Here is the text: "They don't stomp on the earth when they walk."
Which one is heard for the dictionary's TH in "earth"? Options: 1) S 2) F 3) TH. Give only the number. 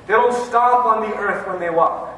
3